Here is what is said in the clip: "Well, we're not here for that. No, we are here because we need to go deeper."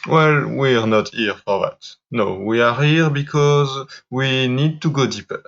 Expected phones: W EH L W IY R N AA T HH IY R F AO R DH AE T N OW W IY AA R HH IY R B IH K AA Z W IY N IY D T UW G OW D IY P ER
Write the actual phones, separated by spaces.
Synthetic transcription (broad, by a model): W EH L W IY R N AA T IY R F AO R DH AE T N OW W IY AA R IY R B IH K AA Z W IY N IY D T UW G OW D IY P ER